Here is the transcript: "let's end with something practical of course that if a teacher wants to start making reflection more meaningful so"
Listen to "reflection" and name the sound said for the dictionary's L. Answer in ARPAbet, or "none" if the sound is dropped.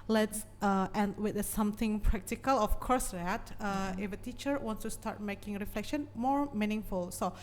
L